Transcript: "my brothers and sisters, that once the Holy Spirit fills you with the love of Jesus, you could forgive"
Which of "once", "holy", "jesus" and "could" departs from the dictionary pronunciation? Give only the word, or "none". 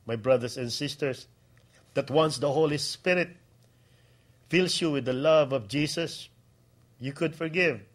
jesus